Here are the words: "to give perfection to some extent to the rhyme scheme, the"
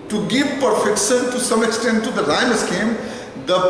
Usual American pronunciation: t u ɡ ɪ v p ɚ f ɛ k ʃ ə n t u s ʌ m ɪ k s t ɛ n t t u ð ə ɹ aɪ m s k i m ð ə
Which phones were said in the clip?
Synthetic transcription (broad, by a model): t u ɡ ɪ v p ɚ f ɛ k ʃ ə n t u s ʌ m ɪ k s t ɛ n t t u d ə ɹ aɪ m s k i m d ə